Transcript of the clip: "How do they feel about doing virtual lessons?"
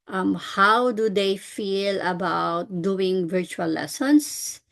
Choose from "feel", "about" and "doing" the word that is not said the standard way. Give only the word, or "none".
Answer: none